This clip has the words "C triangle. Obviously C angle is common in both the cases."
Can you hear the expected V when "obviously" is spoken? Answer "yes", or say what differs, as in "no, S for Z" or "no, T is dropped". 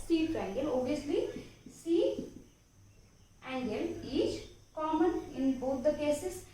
no, V is dropped